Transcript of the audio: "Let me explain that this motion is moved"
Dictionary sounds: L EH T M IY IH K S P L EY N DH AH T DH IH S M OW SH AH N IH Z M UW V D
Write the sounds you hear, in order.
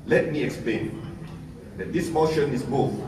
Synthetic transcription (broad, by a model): L EH T M IY IH K S P L EY N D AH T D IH S M OW SH AH N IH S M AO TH